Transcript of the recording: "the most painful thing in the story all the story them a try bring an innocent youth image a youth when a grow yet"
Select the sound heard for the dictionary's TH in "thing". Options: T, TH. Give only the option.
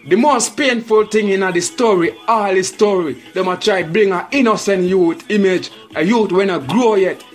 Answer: T